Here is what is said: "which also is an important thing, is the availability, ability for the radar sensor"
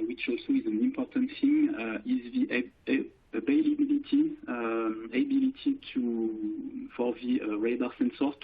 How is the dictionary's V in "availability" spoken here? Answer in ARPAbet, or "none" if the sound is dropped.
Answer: B